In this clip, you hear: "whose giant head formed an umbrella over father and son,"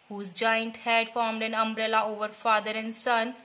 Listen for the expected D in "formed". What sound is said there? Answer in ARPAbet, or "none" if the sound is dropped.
D